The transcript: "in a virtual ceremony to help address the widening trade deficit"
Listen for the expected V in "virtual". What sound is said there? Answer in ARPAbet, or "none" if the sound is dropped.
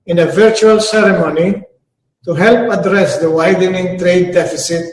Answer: V